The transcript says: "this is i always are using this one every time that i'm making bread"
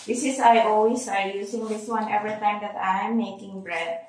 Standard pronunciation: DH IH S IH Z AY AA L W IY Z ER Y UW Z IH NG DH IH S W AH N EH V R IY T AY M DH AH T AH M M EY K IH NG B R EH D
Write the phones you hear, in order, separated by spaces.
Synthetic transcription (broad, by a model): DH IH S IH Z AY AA L W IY S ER Y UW S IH NG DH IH S W AH N EH V R IY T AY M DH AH T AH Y M EY K IH NG B R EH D